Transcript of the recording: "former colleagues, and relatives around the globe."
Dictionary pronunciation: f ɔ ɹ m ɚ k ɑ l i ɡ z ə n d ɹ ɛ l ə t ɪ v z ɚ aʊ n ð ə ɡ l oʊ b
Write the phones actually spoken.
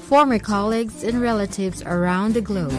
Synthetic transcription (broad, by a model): f ɔ ɹ m ɚ k ɑ l i ɡ z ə n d ɹ ɛ l ə t ɪ v z ɚ aʊ n ð ə ɡ l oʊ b